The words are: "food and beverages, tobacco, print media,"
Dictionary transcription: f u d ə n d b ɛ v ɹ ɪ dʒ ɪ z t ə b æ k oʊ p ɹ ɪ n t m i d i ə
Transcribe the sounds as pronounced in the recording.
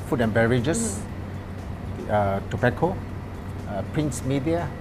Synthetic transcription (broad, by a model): f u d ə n b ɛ ɹ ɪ dʒ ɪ s t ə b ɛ k oʊ p ɹ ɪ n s m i d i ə